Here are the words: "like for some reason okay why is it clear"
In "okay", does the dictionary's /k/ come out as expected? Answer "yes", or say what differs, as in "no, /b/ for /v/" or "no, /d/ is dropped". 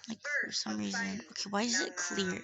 yes